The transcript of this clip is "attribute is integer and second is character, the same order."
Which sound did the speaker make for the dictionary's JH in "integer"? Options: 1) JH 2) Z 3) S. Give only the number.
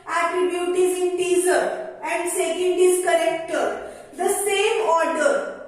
2